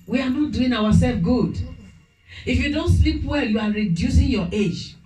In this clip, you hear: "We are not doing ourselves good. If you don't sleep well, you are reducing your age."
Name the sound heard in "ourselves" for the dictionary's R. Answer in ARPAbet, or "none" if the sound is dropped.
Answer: W